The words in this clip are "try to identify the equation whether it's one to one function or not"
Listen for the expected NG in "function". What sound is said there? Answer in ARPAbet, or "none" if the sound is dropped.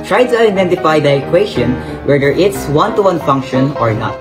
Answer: NG